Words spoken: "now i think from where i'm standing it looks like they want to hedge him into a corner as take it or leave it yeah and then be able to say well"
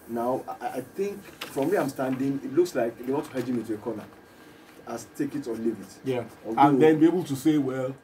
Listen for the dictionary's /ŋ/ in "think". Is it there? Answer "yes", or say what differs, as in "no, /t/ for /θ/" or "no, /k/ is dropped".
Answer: yes